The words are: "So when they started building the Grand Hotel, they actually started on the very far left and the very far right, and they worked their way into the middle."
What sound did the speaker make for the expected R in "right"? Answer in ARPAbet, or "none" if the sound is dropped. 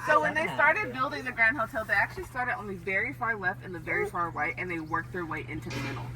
W